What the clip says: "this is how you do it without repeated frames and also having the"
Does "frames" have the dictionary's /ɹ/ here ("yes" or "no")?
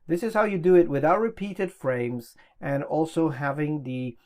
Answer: yes